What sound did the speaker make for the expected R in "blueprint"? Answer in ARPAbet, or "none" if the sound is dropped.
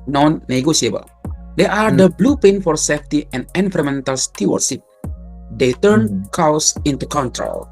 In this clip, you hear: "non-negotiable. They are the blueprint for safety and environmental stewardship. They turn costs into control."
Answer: none